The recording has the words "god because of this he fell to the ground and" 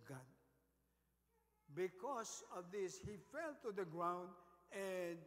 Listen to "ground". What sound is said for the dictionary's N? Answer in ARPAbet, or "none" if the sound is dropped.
N